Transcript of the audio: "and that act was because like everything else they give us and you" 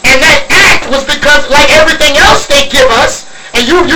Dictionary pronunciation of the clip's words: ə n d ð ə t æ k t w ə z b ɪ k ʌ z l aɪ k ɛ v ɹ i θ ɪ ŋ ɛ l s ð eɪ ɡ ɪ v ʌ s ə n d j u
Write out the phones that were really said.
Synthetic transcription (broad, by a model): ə n ð ə t æ k t w ə z b ɪ k ʌ z l aɪ k ɛ v ɹ i θ ɪ ŋ ɛ l s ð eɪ ɡ ɪ v ʌ s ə n j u